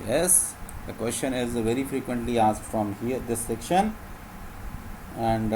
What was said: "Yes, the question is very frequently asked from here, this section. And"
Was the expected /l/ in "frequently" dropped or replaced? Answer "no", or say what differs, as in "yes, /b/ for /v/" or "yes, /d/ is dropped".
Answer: no